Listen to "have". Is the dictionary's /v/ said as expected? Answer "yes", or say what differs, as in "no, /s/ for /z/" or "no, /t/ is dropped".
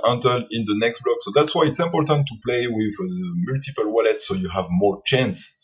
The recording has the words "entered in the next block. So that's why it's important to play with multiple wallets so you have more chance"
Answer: yes